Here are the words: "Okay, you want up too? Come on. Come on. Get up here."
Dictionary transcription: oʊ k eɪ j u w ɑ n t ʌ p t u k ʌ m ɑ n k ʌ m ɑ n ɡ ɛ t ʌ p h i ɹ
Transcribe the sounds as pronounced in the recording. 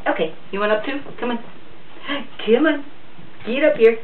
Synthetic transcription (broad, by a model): oʊ k eɪ j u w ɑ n ʌ p t u k ʌ m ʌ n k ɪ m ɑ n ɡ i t ʌ p h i ɹ